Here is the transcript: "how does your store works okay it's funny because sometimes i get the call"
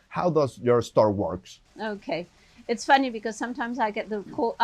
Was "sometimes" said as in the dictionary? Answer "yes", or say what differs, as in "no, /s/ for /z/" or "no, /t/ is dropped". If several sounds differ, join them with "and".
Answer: yes